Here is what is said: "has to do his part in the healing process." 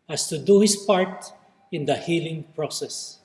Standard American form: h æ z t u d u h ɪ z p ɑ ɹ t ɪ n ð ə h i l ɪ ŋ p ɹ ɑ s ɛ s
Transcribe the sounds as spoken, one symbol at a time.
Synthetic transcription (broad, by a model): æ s t u d u h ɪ s p ɑ ɹ t ɪ n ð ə h i l ɪ ŋ p ɹ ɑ s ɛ s